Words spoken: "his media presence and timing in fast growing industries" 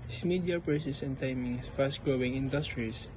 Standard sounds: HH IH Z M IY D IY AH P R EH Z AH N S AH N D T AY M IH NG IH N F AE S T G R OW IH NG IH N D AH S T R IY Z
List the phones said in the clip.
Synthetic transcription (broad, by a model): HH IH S M IY D IY AH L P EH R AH S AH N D T AY M IH NG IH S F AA S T G R OW IH NG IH N D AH S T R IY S